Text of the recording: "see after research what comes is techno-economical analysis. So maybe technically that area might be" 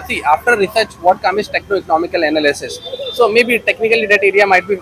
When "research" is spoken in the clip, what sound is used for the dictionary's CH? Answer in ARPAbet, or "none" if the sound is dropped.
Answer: CH